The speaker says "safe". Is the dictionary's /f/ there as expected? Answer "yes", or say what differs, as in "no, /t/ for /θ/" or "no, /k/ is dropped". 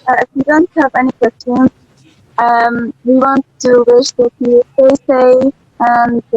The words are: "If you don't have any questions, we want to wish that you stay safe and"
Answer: no, /f/ is dropped